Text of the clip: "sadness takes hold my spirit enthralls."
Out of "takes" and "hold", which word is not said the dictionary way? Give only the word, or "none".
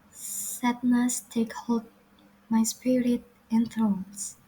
takes